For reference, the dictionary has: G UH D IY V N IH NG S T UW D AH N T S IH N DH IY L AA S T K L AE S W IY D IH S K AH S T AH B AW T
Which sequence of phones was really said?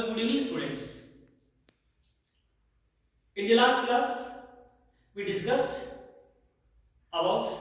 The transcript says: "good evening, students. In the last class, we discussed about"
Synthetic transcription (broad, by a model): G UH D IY N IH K S T UW D AH N T S IH N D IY L AA S T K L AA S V IY D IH S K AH S T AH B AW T